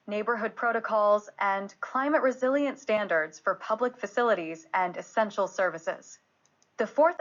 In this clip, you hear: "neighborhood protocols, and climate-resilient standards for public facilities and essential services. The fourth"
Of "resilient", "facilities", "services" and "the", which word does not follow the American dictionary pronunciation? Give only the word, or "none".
none